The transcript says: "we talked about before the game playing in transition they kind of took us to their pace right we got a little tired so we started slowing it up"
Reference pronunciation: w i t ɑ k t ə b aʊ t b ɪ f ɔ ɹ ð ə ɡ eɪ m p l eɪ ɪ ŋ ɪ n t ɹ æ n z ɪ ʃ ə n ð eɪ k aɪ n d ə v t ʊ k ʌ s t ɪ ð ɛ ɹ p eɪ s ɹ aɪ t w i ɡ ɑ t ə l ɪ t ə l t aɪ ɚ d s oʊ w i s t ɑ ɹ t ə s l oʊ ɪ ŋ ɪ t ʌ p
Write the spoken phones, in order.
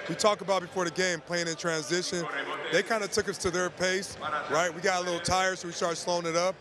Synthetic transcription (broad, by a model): w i t ɑ k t ə b aʊ t b ɪ f ɔ ɹ ð ə ɡ eɪ m p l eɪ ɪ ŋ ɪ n t ɹ æ n z ɪ ʃ ə n ð eɪ k aɪ n d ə t ʊ k ʌ s t ɪ ð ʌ ɹ p eɪ s ɹ aɪ t w i ɡ ɑ t ə l ɪ t l t aɪ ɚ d s oʊ w i s t ɑ ɹ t s l oʊ ɪ ŋ ɪ t ʌ p